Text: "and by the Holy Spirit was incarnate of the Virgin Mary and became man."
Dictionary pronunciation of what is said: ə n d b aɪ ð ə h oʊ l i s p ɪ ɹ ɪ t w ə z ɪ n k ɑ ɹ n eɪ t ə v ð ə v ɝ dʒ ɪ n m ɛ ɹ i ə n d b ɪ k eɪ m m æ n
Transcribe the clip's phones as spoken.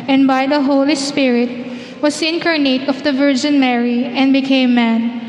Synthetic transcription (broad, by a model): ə n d b aɪ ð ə h oʊ l i s p ɪ ɹ ɪ t w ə s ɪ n k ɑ ɹ n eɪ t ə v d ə v ɝ dʒ ɪ n m ɛ ɹ i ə n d b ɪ k eɪ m m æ n